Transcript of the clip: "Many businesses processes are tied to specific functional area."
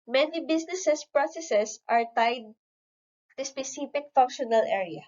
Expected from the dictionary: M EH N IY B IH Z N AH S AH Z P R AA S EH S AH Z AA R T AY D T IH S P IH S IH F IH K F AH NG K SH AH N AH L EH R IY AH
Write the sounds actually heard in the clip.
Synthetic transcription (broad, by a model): M EH N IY B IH S N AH S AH S P R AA S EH S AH S AA R T AY D T IH S P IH S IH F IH K F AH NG K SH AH N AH L EH R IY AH